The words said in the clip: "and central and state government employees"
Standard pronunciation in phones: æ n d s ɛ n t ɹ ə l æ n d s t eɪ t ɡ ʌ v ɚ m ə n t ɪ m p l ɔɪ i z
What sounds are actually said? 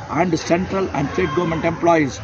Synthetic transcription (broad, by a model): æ n d s ɛ n t ɹ ə l æ n d s t eɪ t ɡ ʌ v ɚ m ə n t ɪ m p l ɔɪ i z